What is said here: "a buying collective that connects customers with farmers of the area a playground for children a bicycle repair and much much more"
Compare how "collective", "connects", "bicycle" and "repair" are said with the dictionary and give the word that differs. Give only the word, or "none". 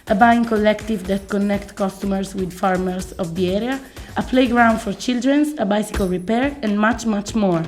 connects